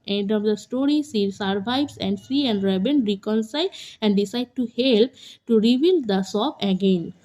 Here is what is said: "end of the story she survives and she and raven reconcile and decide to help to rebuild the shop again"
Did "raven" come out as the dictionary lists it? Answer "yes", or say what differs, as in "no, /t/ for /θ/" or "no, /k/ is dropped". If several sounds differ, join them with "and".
no, /b/ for /v/